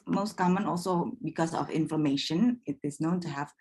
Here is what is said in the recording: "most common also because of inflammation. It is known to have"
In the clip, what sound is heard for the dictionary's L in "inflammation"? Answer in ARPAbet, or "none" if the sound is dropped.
none